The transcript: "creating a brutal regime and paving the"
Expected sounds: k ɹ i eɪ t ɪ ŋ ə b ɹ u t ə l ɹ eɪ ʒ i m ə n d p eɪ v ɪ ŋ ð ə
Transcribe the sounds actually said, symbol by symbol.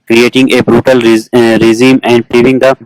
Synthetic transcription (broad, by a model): k ɹ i eɪ t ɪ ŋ ə b ɹ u t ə l ɹ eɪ z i m ə n d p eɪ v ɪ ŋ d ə